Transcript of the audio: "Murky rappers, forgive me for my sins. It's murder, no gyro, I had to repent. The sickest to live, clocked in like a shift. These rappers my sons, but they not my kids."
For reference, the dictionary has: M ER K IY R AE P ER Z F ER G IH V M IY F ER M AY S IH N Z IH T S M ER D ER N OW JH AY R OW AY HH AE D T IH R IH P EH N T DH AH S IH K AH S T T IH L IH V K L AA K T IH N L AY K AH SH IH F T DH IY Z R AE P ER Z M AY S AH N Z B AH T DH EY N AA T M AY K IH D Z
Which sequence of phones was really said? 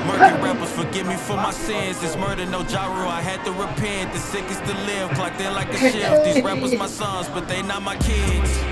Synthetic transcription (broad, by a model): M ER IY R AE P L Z F ER G IH V M IY F ER M AY S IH N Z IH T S M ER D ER N OW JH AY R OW AY HH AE D T IH R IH P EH N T DH AH S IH K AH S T T IH L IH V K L AA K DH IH L AY K AH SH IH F DH IY Z R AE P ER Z M AY S AH N Z B AH T DH EY N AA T M AY K IH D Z